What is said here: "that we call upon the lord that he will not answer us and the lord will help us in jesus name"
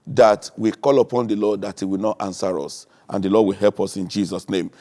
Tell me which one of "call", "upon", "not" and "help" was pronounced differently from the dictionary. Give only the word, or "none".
none